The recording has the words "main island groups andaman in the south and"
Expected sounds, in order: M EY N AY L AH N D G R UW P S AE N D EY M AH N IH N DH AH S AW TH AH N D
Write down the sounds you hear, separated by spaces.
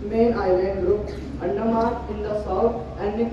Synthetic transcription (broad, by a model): M EY N AY L AH N D G R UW P AE N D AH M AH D IH N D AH S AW T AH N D